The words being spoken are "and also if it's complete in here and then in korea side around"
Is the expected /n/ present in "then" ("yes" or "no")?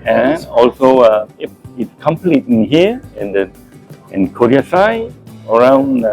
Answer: no